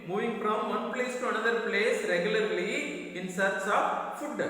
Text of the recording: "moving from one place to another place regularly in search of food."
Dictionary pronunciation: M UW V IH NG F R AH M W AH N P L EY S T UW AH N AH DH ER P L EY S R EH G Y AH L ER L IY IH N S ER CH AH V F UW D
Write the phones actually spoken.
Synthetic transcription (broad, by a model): M UW V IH NG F R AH M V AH N P L EY S T UW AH N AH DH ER P L EY S R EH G Y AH L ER L IY IH N S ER S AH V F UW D